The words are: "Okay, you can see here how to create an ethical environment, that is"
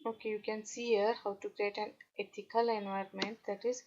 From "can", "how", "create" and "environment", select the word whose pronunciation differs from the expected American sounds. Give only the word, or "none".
none